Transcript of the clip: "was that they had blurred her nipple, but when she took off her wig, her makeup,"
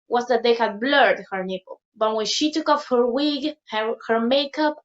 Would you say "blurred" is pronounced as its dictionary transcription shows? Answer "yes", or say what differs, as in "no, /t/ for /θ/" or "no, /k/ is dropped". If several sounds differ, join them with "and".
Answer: yes